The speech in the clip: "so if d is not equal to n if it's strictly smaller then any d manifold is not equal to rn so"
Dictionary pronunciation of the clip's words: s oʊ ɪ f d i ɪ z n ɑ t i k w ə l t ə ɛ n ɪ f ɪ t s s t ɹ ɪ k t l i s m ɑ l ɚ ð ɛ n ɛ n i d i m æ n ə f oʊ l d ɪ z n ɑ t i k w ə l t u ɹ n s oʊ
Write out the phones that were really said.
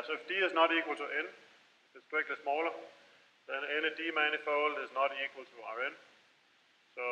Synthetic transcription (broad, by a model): s oʊ ɪ f d i ɪ z n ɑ t i k w ə l t ə ɛ n ɪ f ɪ t s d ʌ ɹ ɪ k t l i s m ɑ l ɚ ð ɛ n ɛ n i d i m æ n ə f oʊ l d ɪ z n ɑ t i k w ə l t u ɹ n s oʊ